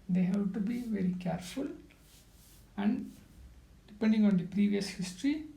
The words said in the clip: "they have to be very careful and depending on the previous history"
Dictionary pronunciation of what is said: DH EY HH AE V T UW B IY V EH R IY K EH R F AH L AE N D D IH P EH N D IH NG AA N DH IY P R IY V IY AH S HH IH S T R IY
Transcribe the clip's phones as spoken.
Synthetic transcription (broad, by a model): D EY HH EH B T UW B IY V EH R IY K EH R F AH L AE N D D IH P EH N D IH NG AA N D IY P R IY V IY AH S HH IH S T R IY